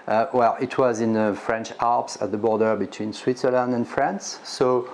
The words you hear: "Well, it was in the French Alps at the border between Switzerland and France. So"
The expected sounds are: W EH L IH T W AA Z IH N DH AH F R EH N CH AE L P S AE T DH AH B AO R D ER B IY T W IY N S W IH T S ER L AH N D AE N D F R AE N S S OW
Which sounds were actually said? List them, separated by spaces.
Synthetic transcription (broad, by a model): W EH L IH T W AA Z IH N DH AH F R EH N CH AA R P S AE T DH AH B AO R D ER B IY T W IY N S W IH T S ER L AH N D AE N F R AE N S S OW